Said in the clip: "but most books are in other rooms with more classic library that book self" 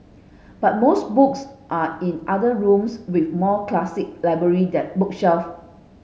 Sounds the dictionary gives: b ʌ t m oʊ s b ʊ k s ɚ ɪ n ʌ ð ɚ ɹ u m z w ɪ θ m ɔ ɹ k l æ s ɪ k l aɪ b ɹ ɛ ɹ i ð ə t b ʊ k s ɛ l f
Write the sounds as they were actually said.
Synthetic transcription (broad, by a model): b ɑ t m oʊ s b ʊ k s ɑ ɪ n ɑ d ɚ ɹ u m s w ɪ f m ɔ k l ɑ s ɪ k l aɪ b ɹ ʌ ɹ i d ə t b ʊ k ʃ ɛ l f